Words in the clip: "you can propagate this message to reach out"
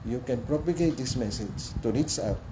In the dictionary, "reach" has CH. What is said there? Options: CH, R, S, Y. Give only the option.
S